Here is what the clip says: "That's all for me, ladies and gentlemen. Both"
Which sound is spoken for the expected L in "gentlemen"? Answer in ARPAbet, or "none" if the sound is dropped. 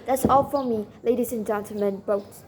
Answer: none